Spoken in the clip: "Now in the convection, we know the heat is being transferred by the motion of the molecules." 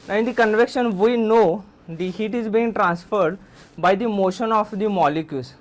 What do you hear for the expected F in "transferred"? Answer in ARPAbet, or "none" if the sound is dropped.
F